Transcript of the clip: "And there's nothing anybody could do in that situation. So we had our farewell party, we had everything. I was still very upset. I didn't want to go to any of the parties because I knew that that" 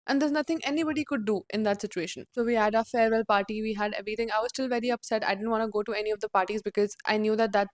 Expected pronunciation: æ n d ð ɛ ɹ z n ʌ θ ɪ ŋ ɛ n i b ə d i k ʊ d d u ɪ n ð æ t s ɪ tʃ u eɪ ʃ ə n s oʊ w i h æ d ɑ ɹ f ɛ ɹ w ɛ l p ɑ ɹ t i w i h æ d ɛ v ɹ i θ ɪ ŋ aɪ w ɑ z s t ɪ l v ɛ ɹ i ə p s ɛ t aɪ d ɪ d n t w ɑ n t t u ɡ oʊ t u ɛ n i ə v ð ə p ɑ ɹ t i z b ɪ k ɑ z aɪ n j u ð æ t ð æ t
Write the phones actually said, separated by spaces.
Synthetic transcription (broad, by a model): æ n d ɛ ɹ z n ʌ t ɪ ŋ ɛ n i b ə d i k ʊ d d u ɪ n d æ t s ɪ tʃ u eɪ ʃ ə n s oʊ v i h æ d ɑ f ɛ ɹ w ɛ l p ɑ ɹ t i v i h æ d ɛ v ɹ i t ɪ ŋ aɪ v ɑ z s t ɪ l v ɛ ɹ i ə p s ɛ t aɪ d ɪ d n t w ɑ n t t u ɡ oʊ t u ɛ n i ə v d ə p ɑ ɹ t i z b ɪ k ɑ z aɪ n j u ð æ t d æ t